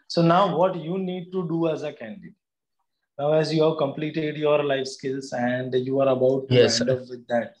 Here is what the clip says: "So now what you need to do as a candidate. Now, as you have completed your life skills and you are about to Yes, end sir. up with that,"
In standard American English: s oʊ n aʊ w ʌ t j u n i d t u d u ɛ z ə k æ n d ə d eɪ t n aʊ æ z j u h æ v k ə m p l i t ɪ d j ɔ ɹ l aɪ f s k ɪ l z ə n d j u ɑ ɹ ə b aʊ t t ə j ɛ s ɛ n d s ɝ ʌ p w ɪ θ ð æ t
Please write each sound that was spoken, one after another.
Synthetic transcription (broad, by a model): s oʊ n aʊ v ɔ t j u n i d t u d u ɛ z ə k æ n d ə d eɪ t n aʊ æ z j u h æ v k ə m p l i t ɪ d j ɔ ɹ l aɪ f s k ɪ l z ə n d j u ɑ ɹ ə b aʊ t t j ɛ ɛ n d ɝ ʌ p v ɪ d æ t